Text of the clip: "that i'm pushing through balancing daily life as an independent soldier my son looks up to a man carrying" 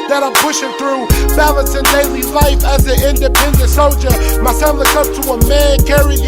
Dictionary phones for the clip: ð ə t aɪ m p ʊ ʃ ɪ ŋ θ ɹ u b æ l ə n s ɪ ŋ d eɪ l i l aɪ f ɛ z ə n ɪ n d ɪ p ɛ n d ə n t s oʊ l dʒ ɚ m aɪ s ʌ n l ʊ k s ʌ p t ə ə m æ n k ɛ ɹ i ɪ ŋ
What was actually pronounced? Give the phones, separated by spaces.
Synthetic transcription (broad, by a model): ð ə t aɪ m p ʊ ʃ ɪ ŋ θ ɹ u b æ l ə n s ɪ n d eɪ l i l aɪ f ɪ z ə ɪ n d ɪ p ɛ n d ə n t s oʊ l dʒ ɚ m aɪ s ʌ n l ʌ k ʌ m t ə ə m æ n k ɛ ɹ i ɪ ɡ